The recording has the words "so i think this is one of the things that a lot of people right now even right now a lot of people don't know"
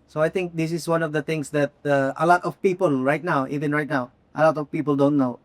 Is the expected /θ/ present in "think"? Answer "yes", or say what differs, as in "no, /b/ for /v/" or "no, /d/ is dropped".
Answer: no, /t/ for /θ/